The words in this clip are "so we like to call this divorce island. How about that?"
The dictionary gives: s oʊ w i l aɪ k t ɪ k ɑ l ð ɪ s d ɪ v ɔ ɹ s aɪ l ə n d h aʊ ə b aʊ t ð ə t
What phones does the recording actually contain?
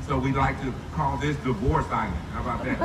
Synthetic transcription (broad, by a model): s oʊ w i l aɪ k t ɪ k ɑ l ð ɪ s d ɪ v ɔ ɹ s aɪ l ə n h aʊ ə b aʊ t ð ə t